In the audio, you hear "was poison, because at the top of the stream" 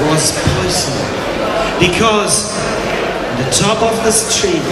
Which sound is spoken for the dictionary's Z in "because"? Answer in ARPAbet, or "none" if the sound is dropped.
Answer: Z